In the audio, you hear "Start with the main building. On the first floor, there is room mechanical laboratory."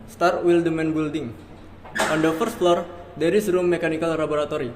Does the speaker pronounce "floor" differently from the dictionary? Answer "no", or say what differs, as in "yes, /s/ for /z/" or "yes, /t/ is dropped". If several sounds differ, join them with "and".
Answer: no